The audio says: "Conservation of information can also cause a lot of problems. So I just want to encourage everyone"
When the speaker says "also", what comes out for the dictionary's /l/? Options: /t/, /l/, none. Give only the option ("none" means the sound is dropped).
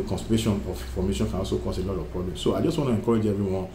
none